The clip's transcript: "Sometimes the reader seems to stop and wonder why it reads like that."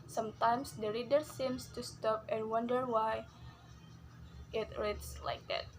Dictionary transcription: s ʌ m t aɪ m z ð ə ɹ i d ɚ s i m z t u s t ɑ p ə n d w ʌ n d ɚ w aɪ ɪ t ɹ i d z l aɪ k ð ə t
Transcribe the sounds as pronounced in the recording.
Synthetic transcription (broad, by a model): s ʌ m t aɪ m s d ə ɹ i d ɚ s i m s t u s t ɑ p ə n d w ʌ n d ɚ w aɪ ɪ t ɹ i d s l aɪ k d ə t